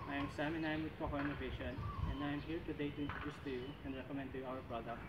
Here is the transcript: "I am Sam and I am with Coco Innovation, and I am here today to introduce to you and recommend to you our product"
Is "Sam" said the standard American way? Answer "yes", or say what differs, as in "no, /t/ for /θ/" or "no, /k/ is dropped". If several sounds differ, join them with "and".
yes